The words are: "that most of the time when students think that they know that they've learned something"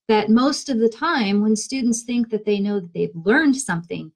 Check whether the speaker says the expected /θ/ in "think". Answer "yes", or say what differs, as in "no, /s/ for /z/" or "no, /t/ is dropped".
yes